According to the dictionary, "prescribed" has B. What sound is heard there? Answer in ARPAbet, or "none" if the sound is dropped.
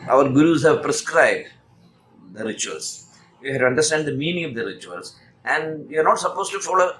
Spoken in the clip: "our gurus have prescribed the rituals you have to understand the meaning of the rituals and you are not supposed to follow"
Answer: B